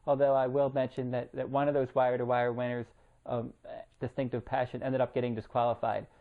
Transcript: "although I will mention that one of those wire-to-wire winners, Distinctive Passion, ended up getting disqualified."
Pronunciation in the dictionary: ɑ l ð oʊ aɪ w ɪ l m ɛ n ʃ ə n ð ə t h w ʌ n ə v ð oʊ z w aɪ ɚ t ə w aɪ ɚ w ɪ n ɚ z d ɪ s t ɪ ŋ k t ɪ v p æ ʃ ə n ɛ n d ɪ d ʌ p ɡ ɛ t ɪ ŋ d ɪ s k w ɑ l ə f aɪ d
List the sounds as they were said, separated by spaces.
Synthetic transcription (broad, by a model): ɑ l ð oʊ aɪ w ɪ l m ɛ n ʃ ə n ð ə t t w ʌ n ə v ð oʊ z w aɪ ɚ t ə w aɪ ɚ w ɪ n ɚ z d ɪ s t ɪ ŋ k t ɪ v p æ ʃ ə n ɛ n d ɪ d ʌ p ɡ ɛ t ɪ ŋ d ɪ s k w ɑ l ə f aɪ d